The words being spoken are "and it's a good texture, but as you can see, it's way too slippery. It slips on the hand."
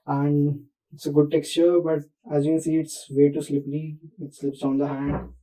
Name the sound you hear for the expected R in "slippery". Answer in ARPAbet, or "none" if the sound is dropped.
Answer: L